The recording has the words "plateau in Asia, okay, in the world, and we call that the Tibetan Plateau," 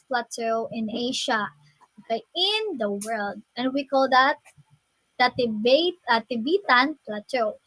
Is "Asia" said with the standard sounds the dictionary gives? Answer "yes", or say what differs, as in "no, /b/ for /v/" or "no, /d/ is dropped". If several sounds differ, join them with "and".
no, /ʃ/ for /ʒ/